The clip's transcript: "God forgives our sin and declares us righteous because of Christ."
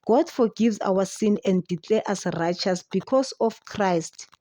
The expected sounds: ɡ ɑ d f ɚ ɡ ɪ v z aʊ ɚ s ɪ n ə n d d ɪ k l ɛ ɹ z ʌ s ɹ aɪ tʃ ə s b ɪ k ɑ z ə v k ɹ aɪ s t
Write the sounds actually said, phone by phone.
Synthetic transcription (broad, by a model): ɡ ɑ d f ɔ ɡ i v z aʊ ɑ s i n ə n d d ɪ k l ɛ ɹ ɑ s ɹ aɪ tʃ ə s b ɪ k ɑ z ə f k ɹ aɪ s t